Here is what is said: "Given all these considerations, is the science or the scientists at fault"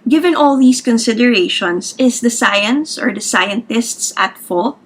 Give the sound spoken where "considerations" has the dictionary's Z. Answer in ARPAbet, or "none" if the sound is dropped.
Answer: S